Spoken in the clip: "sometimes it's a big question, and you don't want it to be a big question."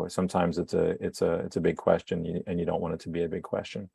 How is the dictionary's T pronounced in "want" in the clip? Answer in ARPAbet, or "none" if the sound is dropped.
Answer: none